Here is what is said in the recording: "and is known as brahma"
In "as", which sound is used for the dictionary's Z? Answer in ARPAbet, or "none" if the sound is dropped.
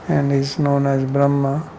Z